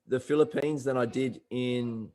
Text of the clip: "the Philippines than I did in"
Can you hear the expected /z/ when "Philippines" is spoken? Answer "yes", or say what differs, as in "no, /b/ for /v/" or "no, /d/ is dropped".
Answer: yes